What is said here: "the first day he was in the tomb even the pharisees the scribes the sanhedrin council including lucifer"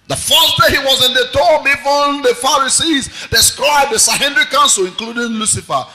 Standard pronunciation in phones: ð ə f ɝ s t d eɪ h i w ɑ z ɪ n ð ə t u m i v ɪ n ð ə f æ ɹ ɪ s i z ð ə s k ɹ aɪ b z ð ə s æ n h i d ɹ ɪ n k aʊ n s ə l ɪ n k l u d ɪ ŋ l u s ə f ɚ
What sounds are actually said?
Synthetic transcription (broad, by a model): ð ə f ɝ s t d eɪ h i w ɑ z ɪ n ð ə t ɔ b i f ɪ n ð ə f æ ɹ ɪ s i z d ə s k ɹ aɪ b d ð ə s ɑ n h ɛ d ɹ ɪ k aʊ n s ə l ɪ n k l u d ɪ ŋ l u s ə f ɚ